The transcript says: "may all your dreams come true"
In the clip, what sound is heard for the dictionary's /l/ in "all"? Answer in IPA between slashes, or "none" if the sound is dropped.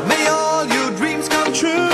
/l/